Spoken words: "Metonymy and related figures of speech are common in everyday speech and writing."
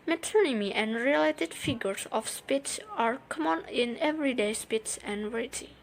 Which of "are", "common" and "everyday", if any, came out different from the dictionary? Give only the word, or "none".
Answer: none